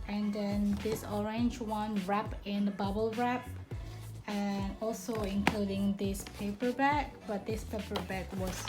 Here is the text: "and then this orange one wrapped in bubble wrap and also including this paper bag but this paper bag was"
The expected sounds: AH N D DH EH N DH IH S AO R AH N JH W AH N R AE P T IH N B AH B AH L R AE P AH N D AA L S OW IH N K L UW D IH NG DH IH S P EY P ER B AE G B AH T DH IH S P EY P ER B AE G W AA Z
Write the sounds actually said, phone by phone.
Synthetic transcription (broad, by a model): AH N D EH N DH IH S AO R AH N JH W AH N R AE P IH N B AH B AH L R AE P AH N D AA L S OW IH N K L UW D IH NG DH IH S P EY P ER B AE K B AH T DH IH S P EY P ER B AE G W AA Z